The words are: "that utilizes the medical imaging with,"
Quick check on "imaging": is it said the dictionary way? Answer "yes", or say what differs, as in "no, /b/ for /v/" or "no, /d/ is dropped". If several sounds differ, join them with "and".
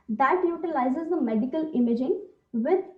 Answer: yes